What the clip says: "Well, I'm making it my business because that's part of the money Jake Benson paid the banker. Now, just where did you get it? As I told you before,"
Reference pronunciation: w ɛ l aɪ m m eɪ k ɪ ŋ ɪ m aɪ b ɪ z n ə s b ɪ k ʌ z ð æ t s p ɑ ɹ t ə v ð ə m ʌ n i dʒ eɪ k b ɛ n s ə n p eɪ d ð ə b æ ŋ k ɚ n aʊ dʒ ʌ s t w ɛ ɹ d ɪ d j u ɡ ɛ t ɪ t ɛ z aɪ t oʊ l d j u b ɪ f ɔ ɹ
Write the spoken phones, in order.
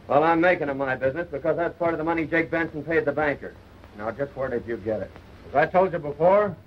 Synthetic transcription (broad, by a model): w ɛ l aɪ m m eɪ k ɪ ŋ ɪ m aɪ b ɪ z n ə s b ɪ k ʌ z ð æ t s p ɑ ɹ t ə v ð ə m ʌ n i dʒ eɪ k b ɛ n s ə n p eɪ d ð ə b æ ŋ k ɚ n aʊ dʒ ʌ s t w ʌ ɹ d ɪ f j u ɡ ɛ t ɪ t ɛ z aɪ t oʊ l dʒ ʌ b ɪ f ɔ ɹ